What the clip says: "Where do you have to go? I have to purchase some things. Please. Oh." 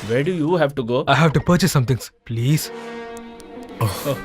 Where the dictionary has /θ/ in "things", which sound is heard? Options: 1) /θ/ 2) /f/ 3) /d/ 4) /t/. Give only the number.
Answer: 4